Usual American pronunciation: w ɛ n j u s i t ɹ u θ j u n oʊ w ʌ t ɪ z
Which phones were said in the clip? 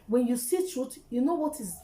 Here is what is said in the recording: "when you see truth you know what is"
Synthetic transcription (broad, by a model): w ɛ n j u s i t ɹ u t j u n oʊ w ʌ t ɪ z